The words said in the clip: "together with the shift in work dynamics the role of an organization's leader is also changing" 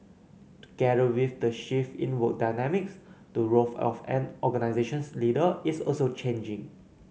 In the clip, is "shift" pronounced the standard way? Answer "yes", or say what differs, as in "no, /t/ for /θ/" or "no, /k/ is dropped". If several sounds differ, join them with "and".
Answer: no, /t/ is dropped